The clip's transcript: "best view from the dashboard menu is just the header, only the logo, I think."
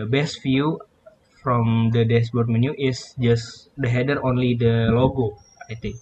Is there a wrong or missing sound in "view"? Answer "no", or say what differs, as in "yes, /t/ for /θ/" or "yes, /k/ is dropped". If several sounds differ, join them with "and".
yes, /f/ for /v/